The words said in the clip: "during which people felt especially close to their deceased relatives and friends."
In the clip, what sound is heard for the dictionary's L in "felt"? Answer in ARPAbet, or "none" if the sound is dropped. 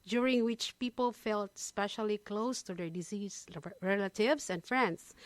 L